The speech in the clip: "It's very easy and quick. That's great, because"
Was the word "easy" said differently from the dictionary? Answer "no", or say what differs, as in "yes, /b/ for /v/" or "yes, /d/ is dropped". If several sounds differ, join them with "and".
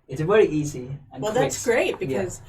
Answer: no